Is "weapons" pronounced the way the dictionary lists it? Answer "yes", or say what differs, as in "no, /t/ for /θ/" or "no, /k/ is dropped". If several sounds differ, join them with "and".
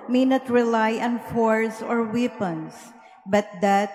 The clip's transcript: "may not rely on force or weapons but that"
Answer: no, /s/ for /z/